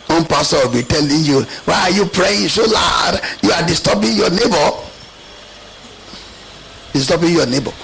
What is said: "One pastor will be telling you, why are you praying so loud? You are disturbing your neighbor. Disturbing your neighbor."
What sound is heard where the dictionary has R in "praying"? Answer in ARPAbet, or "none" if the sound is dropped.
R